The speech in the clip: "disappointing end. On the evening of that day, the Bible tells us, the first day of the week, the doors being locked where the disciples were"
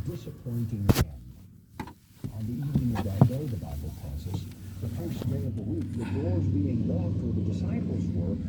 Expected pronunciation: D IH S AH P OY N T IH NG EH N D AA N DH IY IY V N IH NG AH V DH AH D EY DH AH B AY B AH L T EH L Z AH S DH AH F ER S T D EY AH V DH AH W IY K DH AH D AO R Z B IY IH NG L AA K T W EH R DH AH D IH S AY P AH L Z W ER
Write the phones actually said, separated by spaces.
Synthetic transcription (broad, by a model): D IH S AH P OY N T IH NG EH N AH N DH IY IY V N IH NG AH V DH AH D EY DH AH B AY B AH L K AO Z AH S DH AH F ER S D EY AH V DH AH W IY K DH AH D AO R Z B IY IH NG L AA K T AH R DH AH D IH S AY P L Z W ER